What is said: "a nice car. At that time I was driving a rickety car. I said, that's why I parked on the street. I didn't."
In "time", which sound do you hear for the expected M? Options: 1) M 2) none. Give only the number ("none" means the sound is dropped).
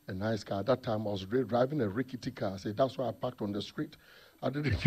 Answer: 1